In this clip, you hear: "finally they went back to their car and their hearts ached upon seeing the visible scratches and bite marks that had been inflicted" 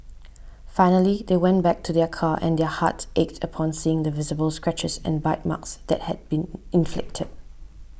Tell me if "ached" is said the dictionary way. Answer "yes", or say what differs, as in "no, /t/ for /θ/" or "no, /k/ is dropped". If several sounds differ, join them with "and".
yes